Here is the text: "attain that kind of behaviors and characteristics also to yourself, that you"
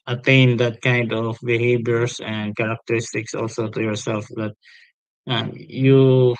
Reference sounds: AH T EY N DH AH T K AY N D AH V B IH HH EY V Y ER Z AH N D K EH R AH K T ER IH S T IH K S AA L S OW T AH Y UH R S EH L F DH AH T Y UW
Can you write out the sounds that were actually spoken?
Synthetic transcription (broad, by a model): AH T EY N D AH T K AY N D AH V B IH HH EY B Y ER S AH N D K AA R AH K T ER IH S T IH K S AA L S OW T AH Y UH R S EH L F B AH T Y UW